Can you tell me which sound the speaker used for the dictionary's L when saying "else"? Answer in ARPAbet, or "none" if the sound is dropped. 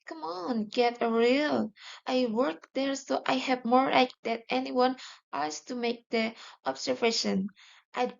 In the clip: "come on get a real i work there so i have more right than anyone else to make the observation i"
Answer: none